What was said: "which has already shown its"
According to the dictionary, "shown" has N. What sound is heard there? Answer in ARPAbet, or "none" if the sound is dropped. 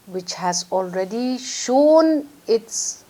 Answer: N